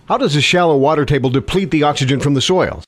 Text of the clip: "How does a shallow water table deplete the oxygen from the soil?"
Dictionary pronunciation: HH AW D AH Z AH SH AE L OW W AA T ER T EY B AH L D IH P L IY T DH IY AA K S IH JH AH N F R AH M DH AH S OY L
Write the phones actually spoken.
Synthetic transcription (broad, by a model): HH AW D AH Z AH SH AE L OW W AA T ER T EY B L D IH P L IY T DH IY AA K S IH JH AH N F R AH M DH AH S OY L